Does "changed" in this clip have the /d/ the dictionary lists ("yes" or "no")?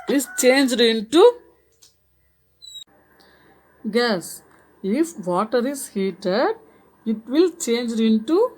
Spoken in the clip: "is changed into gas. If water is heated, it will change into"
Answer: yes